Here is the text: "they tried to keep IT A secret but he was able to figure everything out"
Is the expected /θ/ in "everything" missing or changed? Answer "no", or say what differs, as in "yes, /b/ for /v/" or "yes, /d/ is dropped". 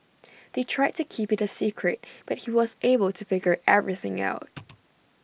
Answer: no